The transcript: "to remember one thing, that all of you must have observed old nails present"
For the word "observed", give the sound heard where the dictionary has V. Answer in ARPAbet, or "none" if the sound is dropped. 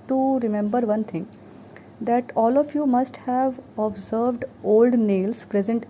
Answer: V